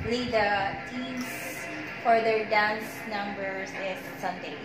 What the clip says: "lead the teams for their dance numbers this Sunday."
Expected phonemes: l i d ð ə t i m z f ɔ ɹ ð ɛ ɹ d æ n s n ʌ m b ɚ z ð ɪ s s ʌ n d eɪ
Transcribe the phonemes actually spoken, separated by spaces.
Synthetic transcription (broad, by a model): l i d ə t i m s f ɔ ɹ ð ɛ ɹ d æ n s n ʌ m b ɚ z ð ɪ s s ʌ n d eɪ